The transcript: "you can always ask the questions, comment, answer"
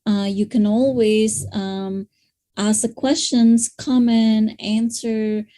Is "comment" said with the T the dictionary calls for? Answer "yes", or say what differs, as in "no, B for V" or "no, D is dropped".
no, T is dropped